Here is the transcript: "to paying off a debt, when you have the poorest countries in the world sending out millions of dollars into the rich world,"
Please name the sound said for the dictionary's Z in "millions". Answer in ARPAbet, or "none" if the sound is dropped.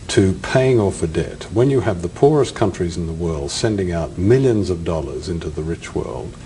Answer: Z